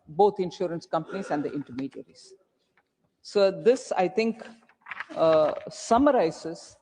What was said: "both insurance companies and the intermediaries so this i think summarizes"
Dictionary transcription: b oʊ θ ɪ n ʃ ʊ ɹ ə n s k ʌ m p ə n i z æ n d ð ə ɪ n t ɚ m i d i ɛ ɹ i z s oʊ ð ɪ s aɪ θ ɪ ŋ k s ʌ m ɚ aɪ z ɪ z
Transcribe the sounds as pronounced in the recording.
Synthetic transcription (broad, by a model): b oʊ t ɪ n ʃ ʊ ɹ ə n s k ʌ m p ə n i z æ n d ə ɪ n t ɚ m i d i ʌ ɹ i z s oʊ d ɪ s aɪ t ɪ ŋ k s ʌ m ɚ aɪ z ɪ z